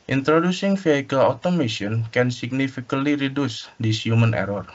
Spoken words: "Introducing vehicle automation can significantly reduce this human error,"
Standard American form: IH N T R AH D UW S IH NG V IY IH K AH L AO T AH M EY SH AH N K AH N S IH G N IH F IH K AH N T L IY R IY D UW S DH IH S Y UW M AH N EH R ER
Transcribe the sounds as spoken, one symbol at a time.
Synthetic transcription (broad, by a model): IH N T R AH D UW S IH NG F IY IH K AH L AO T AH M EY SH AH N K AH N S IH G N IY F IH K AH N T L IY R IY D UW S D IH S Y UW M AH N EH R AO